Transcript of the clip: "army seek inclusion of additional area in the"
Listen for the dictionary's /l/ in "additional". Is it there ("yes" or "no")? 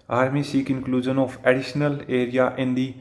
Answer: yes